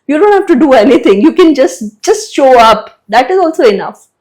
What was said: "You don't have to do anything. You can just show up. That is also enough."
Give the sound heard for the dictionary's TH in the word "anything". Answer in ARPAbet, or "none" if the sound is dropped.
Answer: T